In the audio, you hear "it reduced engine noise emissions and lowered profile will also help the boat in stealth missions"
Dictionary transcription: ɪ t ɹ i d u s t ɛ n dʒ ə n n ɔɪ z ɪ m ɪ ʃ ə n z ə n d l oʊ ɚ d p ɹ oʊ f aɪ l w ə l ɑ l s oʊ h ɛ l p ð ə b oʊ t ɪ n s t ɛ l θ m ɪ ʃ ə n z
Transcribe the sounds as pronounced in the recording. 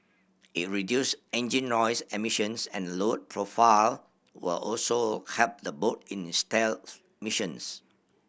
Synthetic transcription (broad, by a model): ɪ t ɹ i d u s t ɛ n dʒ ə n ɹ ɔɪ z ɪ m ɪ ʃ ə n s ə n l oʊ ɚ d p ɹ oʊ f aɪ l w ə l ɑ l s oʊ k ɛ p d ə b oʊ t ɪ n s t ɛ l m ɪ ʃ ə n s